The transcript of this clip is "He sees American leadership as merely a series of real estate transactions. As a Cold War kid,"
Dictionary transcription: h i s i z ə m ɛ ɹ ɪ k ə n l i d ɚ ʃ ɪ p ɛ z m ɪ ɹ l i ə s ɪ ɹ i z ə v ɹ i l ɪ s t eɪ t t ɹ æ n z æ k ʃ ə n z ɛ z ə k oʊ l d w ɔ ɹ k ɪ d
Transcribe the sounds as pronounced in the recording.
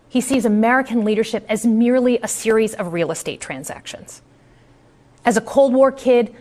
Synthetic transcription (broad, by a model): h i s i z ə m ɛ ɹ ɪ k ə n l i d ɚ ʃ ɪ p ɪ z m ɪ ɹ l i ə s ɪ ɹ i z ə v ɹ i l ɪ s t eɪ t t ɹ æ n z æ k ʃ ə n z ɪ z ə k oʊ l d w ɔ ɹ k ɪ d